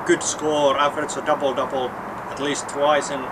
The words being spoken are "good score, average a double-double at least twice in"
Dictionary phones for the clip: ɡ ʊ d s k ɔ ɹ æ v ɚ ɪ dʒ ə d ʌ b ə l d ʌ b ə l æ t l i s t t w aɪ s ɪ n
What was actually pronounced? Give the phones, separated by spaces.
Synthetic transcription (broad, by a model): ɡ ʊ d s k ɔ ɹ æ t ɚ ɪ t ə d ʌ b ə l d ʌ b l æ t l i s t t w aɪ s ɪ n